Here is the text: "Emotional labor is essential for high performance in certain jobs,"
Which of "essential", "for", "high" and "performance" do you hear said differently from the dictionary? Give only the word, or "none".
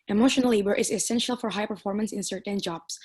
none